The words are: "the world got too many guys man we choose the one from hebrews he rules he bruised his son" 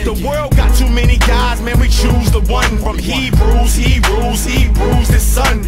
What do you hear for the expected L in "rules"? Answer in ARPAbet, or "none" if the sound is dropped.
none